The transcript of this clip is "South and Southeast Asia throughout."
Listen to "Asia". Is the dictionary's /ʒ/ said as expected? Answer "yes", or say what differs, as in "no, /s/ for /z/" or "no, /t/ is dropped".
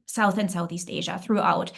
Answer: yes